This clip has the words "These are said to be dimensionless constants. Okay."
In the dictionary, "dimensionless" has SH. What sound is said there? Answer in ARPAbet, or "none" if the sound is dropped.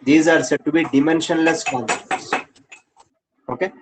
SH